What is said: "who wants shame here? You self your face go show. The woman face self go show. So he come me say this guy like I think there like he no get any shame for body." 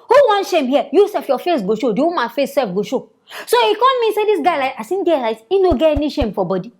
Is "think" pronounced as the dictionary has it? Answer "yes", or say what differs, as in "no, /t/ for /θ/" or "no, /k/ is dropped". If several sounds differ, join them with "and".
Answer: no, /s/ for /θ/